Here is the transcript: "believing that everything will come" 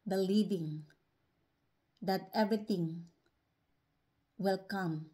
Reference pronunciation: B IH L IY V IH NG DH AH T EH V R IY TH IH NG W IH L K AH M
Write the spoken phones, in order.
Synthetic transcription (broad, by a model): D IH L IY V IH NG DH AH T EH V R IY T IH NG W IH L K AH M